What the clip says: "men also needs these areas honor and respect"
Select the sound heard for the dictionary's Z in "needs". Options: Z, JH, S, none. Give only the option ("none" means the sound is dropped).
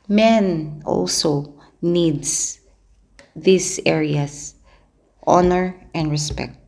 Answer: S